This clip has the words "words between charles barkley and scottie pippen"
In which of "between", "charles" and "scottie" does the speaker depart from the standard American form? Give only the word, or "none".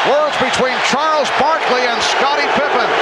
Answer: none